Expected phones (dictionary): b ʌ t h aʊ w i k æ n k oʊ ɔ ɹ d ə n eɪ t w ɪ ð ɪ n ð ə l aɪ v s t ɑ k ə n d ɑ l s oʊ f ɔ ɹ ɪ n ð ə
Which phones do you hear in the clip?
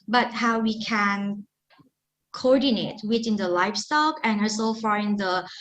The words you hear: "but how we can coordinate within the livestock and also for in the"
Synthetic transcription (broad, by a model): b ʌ t h aʊ w i k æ n k oʊ ɔ ɹ d ə n eɪ t w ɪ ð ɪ n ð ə l aɪ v s t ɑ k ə n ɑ s oʊ f ɔ ɹ ɪ n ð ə